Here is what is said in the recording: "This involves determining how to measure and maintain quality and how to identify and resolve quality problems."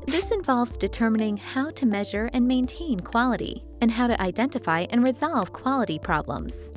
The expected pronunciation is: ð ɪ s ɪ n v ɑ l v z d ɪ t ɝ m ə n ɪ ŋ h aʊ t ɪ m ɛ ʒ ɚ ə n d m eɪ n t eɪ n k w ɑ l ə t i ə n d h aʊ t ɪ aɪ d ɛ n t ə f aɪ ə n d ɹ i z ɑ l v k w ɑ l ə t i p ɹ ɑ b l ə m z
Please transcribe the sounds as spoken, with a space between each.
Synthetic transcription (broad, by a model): ð ɪ s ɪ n v ɑ l v z d ɪ t ɝ m ə n ɪ ŋ h aʊ t ɪ m ɛ ʒ ɚ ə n m eɪ n t eɪ n k w ɑ l ə t i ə n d h aʊ t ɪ aɪ d ɛ n t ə f aɪ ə n ɹ i z ɑ l v k w ɑ l ə t i p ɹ ɑ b l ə m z